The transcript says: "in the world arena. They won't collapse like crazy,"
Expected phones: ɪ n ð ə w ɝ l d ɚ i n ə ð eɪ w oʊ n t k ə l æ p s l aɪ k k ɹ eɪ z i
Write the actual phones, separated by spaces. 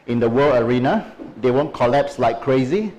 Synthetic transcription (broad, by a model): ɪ n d ə w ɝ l ɚ i n ə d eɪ w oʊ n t k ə l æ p s l aɪ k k ɹ eɪ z i